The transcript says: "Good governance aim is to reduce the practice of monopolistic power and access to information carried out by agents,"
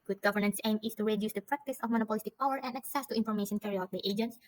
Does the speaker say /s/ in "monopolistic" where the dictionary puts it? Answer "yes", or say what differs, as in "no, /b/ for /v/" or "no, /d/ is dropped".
yes